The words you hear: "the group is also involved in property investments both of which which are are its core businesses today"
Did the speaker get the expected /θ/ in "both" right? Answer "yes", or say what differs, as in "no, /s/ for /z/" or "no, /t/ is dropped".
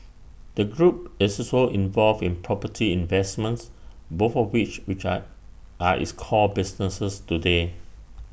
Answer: no, /f/ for /θ/